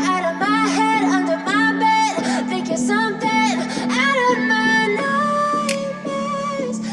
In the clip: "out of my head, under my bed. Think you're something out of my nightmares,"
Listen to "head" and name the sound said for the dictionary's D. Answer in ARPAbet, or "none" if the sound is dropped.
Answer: D